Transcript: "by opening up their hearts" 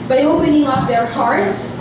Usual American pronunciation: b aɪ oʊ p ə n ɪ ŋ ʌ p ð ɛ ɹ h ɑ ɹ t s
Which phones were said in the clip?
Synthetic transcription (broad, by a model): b aɪ oʊ p ə n ɪ ŋ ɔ f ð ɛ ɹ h ɑ ɹ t s